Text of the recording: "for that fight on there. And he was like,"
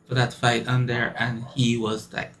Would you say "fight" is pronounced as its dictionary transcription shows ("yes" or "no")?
yes